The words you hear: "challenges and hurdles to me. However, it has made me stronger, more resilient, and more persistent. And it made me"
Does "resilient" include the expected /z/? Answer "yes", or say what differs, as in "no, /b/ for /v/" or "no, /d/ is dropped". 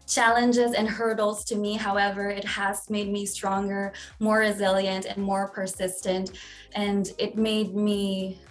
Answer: yes